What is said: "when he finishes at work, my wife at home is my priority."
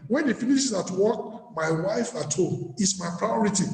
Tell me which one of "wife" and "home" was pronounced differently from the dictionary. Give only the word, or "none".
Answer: home